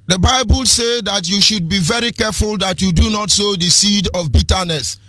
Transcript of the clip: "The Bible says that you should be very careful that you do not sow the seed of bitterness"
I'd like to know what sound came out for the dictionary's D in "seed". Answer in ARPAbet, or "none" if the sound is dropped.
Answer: D